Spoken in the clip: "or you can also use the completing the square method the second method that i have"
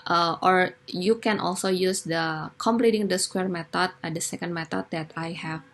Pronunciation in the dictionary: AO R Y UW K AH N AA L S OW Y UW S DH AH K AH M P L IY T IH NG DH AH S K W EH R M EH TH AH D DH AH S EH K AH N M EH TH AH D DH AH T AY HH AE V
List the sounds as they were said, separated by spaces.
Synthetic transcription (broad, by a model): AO R Y UW K AH N AA L S OW Y UW S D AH K AH M P L IY T IH NG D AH S K W EH R M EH T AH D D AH S EH K AH N M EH T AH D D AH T AY HH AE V